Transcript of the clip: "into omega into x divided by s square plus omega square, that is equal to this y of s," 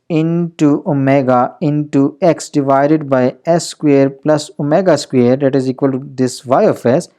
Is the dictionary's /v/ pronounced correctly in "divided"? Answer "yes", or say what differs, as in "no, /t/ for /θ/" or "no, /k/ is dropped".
yes